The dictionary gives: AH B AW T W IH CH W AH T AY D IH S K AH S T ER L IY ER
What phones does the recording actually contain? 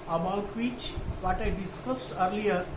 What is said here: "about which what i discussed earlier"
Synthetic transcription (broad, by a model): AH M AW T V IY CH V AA T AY D IH S K AH S T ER L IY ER